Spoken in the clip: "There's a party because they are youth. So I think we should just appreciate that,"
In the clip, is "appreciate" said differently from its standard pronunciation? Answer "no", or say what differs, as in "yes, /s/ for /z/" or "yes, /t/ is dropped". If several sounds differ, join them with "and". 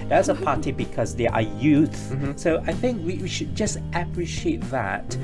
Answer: no